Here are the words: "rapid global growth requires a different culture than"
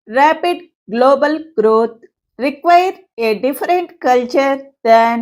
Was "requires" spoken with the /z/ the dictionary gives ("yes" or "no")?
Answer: no